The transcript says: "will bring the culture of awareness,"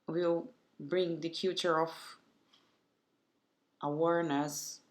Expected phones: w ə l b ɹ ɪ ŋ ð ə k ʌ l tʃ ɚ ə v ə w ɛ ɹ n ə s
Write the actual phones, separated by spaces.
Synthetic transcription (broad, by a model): w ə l b ɹ ɪ ŋ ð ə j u tʃ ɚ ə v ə w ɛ ɹ n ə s